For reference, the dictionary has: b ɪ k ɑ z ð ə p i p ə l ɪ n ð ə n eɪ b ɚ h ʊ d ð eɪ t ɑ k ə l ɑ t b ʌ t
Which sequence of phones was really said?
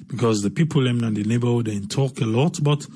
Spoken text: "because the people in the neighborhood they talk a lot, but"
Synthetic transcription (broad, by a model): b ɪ k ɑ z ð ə p i p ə n ɪ n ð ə n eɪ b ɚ h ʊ d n t ɑ k ə l ɑ t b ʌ t